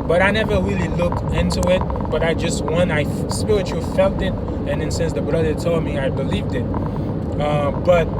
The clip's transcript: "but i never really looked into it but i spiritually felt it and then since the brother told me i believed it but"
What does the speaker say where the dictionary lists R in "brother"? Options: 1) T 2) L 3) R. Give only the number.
3